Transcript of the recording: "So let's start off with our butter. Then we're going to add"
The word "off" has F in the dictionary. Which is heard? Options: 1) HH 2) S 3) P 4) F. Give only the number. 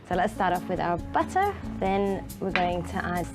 3